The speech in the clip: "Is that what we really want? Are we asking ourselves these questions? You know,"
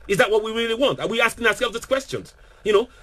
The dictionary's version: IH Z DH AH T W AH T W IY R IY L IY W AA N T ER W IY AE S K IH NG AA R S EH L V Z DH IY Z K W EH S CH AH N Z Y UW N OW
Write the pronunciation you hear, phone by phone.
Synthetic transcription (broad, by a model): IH Z DH AH T W AH T W IY R IY L IY W AA N T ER W IY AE S K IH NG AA S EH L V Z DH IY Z K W EH S CH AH N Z Y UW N OW